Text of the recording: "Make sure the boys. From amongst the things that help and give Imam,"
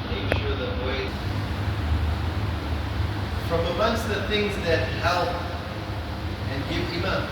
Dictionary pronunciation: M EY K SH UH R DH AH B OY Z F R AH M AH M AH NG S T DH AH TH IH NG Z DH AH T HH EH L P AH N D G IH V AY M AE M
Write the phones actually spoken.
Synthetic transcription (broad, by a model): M EY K SH UH R DH AH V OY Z F R AH M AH M AH NG S T DH AH TH IH NG Z DH AH T HH EH L P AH N G IH V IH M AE